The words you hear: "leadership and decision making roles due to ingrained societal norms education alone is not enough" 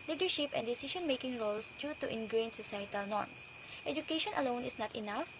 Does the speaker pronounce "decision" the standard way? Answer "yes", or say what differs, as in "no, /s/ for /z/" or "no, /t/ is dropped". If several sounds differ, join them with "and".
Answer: no, /ʃ/ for /ʒ/